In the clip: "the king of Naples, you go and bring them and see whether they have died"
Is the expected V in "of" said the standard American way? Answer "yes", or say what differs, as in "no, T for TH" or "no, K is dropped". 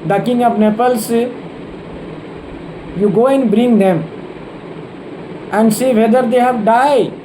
no, P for V